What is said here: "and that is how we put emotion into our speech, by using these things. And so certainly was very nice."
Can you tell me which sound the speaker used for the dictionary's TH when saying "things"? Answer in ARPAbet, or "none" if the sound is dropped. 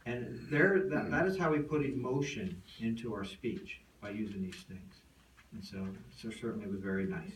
TH